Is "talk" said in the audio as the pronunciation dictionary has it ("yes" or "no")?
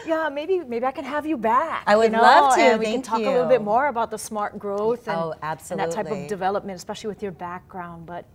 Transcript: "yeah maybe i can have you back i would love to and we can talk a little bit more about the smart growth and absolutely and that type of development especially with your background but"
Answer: no